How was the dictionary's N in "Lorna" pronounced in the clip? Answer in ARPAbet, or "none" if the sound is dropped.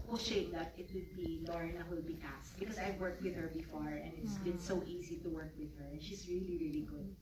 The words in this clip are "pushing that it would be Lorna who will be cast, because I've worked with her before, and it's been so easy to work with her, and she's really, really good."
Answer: none